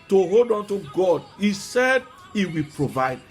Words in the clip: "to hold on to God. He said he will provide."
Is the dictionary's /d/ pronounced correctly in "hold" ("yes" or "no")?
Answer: yes